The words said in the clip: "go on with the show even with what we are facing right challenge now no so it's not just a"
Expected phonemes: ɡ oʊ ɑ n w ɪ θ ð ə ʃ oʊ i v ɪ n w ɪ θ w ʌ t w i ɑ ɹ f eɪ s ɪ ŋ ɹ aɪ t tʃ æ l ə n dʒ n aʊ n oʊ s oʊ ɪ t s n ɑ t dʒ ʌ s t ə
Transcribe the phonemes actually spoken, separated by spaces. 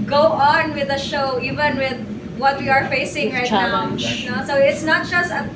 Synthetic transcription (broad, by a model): ɡ oʊ ɑ n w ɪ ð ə ʃ oʊ i v ɪ n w ɪ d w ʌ t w i ɑ ɹ f eɪ s ɪ ŋ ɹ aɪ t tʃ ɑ ə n n aʊ s oʊ ɪ t s n ɑ t dʒ ʌ s t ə